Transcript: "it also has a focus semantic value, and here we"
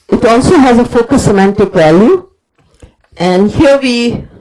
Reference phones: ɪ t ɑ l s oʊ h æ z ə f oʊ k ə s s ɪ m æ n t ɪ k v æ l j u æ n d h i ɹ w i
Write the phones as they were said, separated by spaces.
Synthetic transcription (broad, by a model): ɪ t ɑ l s oʊ h æ z ə f oʊ k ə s s ɪ m æ n t ɪ k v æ l j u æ n d h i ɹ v i